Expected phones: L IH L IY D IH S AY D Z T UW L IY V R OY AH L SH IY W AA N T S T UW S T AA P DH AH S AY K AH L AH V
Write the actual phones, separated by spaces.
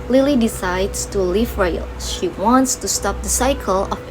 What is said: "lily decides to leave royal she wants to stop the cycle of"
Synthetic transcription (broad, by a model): L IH L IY D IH S AY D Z T UW L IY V R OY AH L SH IY W AA N T S T UW S T AA P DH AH S AY K AH L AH